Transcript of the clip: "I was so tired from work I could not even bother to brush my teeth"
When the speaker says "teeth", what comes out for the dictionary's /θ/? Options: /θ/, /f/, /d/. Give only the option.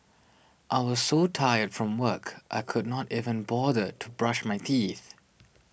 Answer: /θ/